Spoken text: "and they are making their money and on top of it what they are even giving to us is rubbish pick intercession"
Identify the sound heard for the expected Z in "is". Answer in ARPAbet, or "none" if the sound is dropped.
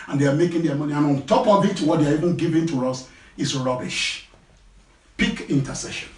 S